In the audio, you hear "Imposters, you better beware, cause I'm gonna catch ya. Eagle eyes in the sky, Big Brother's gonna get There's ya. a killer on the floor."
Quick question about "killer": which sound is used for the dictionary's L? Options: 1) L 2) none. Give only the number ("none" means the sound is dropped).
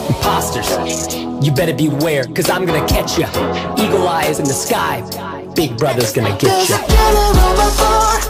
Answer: 2